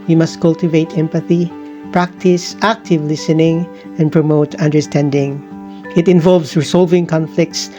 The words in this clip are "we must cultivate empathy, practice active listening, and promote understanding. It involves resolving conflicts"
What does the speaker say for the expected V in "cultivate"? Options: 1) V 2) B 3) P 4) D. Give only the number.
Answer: 1